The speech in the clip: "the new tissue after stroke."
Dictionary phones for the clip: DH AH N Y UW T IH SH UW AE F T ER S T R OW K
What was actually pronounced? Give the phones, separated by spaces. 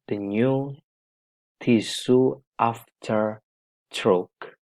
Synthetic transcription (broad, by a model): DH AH N Y UW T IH S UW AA F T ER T R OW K